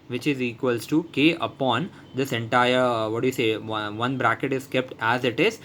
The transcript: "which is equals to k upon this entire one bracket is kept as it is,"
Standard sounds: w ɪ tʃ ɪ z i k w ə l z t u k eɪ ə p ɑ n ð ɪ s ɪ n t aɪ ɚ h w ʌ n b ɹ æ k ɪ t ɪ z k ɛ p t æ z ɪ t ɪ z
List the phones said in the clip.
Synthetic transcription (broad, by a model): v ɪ tʃ ɪ z i k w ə l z t u k eɪ ə p ɑ n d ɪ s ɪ n t aɪ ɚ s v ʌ n b ɹ æ k ɪ t ɪ z k ɛ p t æ z ɪ t ɪ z